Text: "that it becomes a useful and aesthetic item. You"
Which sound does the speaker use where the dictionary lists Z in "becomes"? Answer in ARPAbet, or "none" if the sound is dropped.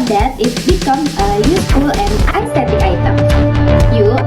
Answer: none